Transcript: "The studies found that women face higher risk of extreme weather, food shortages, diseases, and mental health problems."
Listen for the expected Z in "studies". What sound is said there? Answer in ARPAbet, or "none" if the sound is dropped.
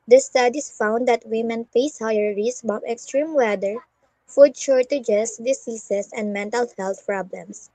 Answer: S